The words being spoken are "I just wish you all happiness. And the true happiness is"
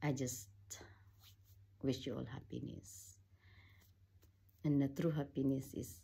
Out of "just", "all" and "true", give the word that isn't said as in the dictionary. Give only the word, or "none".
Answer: none